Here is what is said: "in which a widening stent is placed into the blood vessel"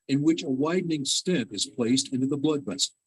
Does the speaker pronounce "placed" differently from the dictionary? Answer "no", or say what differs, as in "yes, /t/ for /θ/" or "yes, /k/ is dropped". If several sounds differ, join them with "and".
no